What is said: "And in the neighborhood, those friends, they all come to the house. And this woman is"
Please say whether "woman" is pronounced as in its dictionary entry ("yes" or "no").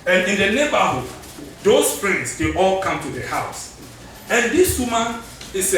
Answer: no